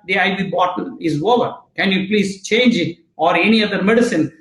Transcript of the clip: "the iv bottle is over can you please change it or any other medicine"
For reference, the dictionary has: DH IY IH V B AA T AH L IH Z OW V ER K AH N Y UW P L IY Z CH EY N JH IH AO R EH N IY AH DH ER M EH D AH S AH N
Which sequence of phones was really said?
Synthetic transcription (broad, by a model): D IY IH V B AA T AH N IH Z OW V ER K AH N Y UW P L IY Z CH EY N JH AO R EH N IY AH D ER M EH D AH S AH N